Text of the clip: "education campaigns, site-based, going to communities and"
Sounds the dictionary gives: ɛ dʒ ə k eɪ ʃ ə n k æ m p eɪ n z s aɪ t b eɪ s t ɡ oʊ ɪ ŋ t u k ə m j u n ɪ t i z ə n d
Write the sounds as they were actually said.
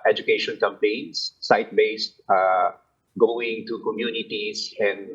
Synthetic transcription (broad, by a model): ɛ dʒ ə k eɪ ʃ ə n k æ m p eɪ n s aɪ t b eɪ s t ɡ oʊ ɪ ŋ t u k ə m j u n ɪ t i s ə n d